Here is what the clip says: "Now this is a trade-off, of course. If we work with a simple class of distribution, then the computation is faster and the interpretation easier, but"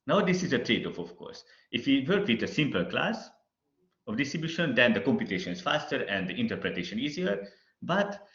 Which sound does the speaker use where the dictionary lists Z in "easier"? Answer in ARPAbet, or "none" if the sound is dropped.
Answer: Z